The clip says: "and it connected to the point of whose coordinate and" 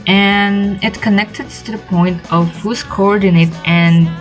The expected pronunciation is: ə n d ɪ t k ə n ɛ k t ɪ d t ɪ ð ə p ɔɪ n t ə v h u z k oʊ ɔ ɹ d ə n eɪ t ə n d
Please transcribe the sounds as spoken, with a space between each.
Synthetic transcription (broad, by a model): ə n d ɪ t k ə n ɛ k t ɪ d t ɪ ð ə p ɔɪ n t ə v h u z k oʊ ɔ ɹ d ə n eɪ t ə n